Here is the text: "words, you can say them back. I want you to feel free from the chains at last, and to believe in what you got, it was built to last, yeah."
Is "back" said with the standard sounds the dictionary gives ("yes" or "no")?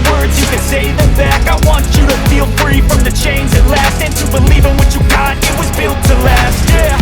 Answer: yes